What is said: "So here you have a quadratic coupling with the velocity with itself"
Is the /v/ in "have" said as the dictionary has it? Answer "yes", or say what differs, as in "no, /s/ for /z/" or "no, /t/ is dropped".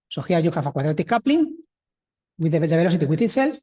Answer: no, /f/ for /v/